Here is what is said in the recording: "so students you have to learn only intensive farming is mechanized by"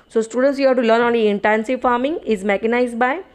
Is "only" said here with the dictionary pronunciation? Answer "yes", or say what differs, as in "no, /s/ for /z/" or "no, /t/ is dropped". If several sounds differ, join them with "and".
no, /l/ is dropped